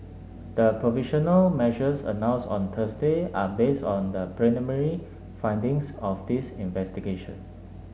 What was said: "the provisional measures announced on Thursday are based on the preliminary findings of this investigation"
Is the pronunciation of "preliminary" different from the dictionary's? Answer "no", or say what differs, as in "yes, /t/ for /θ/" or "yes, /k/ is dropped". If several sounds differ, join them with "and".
yes, /n/ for /l/